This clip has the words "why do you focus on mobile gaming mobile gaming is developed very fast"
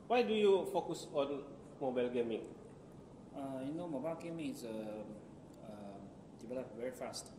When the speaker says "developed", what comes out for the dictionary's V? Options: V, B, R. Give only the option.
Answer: B